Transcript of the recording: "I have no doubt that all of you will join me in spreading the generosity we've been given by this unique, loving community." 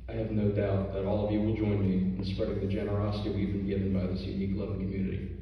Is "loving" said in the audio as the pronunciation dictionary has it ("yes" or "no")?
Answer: no